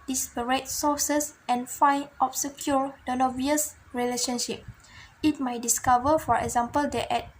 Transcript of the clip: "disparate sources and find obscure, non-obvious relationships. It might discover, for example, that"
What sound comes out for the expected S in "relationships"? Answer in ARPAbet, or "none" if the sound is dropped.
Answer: none